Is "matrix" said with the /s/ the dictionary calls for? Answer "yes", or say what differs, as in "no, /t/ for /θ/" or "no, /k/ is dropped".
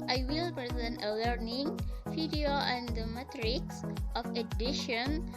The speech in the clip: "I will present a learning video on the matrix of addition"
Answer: yes